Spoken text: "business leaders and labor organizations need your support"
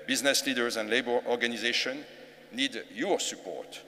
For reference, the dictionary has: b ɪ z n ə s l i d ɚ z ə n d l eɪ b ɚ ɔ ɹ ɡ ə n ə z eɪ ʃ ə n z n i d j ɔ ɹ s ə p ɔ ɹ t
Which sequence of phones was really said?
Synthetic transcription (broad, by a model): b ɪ z n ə s l i d ɚ z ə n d l eɪ b ɚ ɔ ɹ ɡ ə n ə z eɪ ʃ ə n n i d j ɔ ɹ s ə p ɔ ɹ t